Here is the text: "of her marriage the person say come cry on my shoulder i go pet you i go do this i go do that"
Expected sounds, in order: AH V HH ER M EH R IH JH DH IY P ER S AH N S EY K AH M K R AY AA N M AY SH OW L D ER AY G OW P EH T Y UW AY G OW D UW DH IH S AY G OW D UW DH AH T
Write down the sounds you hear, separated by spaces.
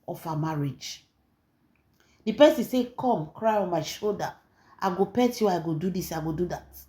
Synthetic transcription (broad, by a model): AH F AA M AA R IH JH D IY P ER S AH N S EY K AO M K R AY AA N M AY SH OW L D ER AY G OW P EH T Y UW AY G OW D UW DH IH S AY G OW D UW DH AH T